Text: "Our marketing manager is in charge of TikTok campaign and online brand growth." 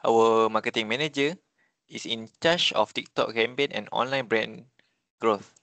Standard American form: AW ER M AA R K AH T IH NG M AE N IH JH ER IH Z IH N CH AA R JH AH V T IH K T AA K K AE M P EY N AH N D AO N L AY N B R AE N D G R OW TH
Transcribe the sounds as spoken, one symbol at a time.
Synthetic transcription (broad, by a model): AW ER M AA K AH T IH NG M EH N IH JH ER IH S IH N CH AA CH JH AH F T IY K T AA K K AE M B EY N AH N AO N L AY N B R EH N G R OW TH